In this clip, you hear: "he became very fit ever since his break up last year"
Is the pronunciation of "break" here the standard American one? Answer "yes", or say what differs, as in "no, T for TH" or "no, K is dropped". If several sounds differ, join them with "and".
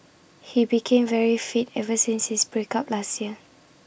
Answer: yes